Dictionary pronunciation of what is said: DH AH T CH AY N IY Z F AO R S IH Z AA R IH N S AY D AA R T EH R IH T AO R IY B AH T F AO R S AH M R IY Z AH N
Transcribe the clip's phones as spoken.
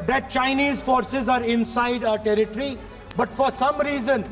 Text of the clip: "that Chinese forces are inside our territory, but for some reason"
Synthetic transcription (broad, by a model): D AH T CH AY N IY Z F AO R S IH Z AA R IH N S AY D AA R T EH R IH T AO R IY B AH T F AO R S AH M R IY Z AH N